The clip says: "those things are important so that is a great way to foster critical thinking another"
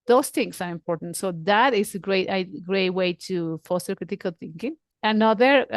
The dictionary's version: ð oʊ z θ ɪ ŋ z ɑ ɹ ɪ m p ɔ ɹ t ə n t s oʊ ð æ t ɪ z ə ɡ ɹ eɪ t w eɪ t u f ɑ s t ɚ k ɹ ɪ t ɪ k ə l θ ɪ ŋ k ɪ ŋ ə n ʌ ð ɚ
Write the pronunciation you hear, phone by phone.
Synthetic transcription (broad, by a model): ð oʊ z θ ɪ ŋ s ɑ ɹ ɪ m p ɔ ɹ t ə n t s oʊ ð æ t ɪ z ə ɡ ɹ eɪ t w eɪ t u f ɑ s t ɚ k ɹ ɪ t ɪ k ə l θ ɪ ŋ k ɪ ŋ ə n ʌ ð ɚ